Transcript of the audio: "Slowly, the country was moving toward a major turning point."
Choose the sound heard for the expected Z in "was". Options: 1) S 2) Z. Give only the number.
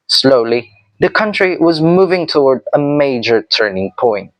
2